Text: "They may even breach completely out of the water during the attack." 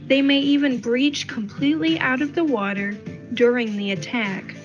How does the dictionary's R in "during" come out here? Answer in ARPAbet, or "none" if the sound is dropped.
R